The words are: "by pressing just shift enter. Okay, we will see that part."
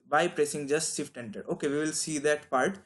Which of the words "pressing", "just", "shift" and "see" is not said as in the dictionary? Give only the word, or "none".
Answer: shift